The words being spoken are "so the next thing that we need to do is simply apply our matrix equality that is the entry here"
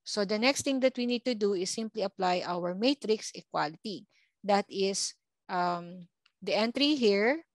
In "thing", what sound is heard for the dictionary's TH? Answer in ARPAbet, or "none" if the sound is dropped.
T